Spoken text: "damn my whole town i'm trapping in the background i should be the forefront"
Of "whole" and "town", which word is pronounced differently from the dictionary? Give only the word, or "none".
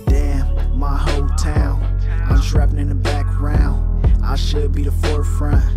town